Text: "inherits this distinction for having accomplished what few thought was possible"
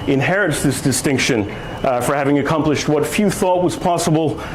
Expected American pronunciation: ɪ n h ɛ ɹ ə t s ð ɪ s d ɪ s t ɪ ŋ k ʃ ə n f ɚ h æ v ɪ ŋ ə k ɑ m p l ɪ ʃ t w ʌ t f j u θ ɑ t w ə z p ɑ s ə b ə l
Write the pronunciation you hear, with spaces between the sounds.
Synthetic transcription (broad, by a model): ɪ n h ɛ ɹ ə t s ð ɪ s d ɪ s t ɪ ŋ k ʃ ə n f ɚ h æ v ɪ ŋ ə k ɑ m p l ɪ ʃ t w ʌ t f j u θ ɑ t w ə z p ɑ s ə b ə l